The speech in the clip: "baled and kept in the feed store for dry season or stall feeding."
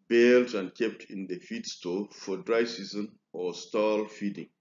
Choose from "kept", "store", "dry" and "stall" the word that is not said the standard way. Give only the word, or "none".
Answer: store